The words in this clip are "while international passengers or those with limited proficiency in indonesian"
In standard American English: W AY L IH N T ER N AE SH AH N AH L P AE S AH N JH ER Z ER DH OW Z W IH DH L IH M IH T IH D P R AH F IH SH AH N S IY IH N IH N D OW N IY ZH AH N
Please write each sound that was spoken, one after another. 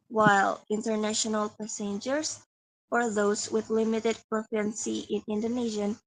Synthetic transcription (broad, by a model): W AY L IH N T ER N AE SH AH N AH L P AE S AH N JH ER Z ER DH OW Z W IH DH L IH M IH T IH D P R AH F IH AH N S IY IH N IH N D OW N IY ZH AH N